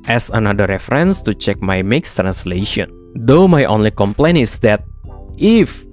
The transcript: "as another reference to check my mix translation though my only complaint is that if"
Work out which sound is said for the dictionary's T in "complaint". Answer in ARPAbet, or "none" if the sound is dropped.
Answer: none